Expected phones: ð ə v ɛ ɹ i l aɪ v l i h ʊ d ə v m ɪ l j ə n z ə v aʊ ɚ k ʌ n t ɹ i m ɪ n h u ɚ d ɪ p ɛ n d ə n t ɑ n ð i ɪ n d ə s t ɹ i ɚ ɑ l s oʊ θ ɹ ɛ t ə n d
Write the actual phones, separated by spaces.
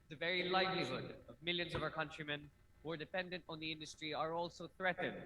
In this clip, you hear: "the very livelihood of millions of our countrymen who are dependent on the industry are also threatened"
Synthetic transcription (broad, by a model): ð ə v ɛ ɹ i l aɪ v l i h ʊ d ə v m ɪ l j ə n z ə v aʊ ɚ k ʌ n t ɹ i m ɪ n h u ɚ d ɪ p ɛ n d ə n t n ð i ɪ n d ə s t ɹ i ɚ ɑ l s oʊ θ ɹ ɛ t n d